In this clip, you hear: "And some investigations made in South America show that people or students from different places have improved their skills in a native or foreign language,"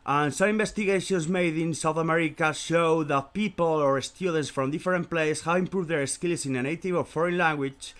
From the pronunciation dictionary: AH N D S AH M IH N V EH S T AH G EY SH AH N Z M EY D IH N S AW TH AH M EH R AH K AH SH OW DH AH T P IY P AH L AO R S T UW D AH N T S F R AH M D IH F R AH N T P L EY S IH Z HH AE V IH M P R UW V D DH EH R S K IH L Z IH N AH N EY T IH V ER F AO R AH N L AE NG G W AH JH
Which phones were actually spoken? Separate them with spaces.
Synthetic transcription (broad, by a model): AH N S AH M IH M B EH S T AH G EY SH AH N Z M EY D IH N S AW TH AH M EH R AH K AH SH OW DH AH T P IY P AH L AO R S T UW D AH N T S F R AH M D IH F R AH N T P L EY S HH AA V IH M P R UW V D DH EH R S K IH L S IH N AH N EY T IH V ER F AO R AH N L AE NG G W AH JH